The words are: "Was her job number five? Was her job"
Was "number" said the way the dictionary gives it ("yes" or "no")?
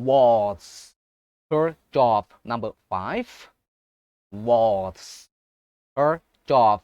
yes